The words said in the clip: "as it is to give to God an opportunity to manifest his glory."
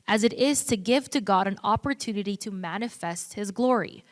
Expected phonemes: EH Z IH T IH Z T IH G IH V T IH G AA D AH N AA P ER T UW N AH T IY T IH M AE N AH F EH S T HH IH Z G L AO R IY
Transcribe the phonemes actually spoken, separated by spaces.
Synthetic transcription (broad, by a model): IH Z IH T IH Z T IH G IH V T IH G AA D AH N AA P ER T UW N AH T IY T IH M AE N AH F EH S T HH IH Z G L AO R IY